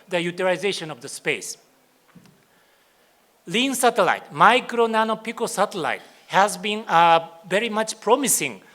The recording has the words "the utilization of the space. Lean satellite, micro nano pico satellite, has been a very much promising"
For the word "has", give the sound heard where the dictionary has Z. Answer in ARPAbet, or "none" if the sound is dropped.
Z